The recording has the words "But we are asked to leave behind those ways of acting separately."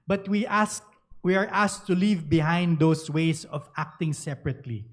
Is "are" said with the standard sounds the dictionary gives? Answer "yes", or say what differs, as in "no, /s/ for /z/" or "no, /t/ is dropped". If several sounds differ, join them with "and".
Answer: no, /w/ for /ɹ/